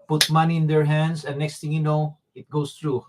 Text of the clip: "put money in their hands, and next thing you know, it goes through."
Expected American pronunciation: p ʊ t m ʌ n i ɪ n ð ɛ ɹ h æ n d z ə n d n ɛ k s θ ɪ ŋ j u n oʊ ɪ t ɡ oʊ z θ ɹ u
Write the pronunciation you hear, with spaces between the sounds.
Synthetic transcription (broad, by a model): p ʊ t m ʌ n i ɪ n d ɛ ɹ h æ n d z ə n n ɛ k s t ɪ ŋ j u n oʊ ɪ t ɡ oʊ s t ɹ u